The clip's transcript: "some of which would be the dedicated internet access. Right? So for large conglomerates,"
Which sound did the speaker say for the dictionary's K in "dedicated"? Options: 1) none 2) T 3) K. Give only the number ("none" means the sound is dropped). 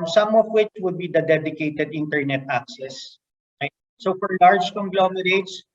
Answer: 3